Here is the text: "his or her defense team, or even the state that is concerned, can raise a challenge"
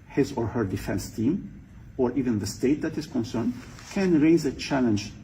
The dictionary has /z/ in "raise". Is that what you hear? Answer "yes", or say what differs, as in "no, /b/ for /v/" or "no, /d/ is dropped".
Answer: yes